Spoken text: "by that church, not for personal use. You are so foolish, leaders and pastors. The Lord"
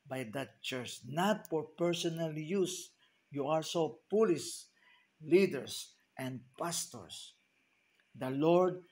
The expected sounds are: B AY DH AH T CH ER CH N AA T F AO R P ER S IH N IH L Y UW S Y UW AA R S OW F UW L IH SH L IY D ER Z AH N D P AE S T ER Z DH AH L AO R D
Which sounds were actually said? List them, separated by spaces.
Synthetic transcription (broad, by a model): B AY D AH T CH ER CH N AA T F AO R P ER S IH N IH L Y UW S Y UW AA R S OW P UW L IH S L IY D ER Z AH N D P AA S T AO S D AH L AO R D